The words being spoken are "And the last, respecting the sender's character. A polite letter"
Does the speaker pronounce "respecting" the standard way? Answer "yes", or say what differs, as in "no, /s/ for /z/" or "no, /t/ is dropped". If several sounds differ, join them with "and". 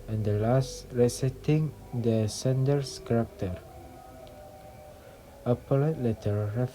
no, /p/ is dropped and /k/ is dropped